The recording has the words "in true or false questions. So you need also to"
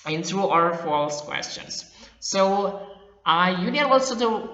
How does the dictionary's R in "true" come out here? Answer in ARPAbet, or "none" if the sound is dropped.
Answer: none